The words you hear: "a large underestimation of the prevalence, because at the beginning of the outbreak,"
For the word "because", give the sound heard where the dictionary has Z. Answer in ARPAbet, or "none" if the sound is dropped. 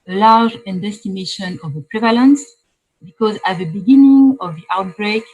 Z